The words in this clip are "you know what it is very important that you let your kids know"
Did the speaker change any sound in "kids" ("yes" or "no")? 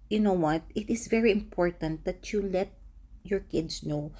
yes